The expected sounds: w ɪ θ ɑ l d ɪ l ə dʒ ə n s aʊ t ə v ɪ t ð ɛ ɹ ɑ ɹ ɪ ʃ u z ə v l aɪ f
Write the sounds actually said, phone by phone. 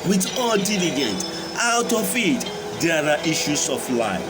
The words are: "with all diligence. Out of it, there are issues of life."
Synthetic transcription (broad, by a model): w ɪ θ ɑ l d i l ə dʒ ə n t aʊ t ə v ɪ t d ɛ ɹ ɑ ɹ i ʃ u s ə f l aɪ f